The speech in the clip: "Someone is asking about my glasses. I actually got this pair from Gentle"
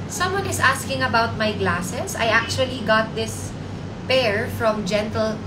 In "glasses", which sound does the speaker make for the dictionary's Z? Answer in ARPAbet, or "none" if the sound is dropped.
S